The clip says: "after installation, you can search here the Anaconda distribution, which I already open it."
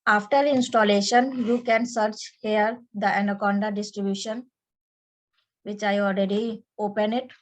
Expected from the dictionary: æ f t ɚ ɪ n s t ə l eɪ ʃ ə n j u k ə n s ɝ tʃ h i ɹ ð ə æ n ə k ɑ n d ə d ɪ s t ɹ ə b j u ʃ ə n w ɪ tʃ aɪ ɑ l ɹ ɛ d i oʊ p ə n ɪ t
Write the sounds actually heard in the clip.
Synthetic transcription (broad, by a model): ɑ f t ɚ ɪ n s t ə l eɪ ʃ ə n j u k ə n s ɝ tʃ h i ɹ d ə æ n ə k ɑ n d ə d ɪ s t ɹ ə b j u ʃ ə n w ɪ tʃ aɪ ɑ l ɹ ɛ d i oʊ p ə n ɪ t